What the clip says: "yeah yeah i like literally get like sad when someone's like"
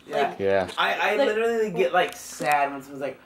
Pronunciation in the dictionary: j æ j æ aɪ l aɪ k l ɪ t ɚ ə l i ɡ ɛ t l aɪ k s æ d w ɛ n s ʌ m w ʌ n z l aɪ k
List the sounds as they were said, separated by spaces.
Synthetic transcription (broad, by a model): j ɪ j æ aɪ aɪ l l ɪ t ɚ l i ɡ ɛ t l aɪ k s æ d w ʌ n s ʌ w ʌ z l aɪ k